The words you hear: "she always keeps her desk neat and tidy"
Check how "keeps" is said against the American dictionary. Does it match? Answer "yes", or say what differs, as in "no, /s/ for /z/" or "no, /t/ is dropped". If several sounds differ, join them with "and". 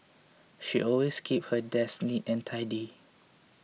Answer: no, /s/ is dropped